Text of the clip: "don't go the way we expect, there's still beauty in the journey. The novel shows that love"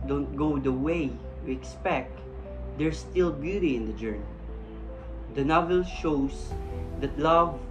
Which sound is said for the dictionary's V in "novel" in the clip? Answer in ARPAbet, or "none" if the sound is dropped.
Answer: V